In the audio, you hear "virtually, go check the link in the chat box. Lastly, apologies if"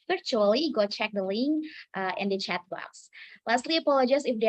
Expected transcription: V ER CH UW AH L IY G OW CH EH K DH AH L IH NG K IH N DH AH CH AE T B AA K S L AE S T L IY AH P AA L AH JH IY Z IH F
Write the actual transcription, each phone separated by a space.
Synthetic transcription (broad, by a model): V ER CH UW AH L IY G OW CH EH K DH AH L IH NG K IH N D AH CH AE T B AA S L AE S T L IY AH P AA L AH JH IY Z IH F